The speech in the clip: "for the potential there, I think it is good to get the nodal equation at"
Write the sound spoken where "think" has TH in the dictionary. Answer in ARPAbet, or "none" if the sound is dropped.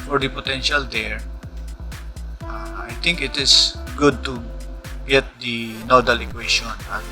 T